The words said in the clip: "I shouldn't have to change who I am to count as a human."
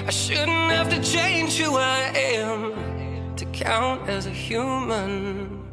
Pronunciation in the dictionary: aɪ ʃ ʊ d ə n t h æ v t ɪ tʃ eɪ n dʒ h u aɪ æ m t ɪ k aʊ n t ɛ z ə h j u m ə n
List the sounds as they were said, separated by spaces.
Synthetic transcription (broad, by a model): aɪ ʃ ʊ d n t h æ f t ɪ tʃ eɪ n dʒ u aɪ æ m t ɪ k aʊ n t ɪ z ə h j u m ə n